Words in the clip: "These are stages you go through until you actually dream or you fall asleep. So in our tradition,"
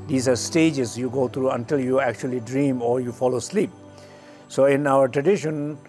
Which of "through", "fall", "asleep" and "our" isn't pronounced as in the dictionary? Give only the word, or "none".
through